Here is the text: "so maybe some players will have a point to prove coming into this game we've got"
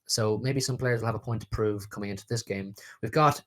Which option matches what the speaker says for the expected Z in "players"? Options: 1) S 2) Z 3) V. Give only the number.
2